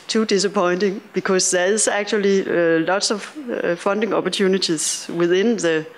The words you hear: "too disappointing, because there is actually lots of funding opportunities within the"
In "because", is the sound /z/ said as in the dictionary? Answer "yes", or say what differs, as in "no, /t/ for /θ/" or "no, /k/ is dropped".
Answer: no, /s/ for /z/